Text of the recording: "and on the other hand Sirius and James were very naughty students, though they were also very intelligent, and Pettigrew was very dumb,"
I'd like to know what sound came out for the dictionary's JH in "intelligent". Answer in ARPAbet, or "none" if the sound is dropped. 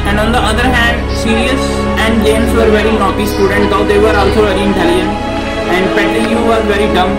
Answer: none